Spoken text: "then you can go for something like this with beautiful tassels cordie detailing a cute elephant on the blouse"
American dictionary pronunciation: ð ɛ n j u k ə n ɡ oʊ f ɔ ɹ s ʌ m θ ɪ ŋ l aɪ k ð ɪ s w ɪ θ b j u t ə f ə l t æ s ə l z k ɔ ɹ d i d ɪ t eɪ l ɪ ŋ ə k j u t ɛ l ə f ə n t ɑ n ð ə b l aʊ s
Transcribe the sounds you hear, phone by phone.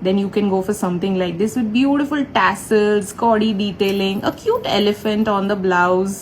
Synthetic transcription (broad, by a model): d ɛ n j u k ə n ɡ oʊ f ɔ ɹ s ʌ m t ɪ ŋ l aɪ k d ɪ s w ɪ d b j u t ə f ə l t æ s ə l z k ɔ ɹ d i d ɪ t eɪ l ɪ ŋ ə k j u t ɛ l ə f ə n t ɑ n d ə b l aʊ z